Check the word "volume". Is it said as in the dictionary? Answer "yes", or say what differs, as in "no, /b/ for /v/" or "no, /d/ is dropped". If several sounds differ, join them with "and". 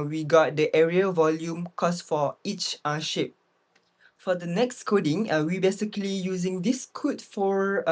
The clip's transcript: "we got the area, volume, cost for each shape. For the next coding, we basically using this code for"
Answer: yes